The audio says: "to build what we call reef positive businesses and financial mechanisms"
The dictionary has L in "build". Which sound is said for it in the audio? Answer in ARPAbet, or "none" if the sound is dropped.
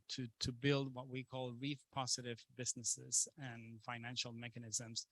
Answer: L